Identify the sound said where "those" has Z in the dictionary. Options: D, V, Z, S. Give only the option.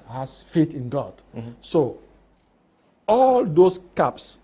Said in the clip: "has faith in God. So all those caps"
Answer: S